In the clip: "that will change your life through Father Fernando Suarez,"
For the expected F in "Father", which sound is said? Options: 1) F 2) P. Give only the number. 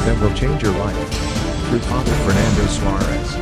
2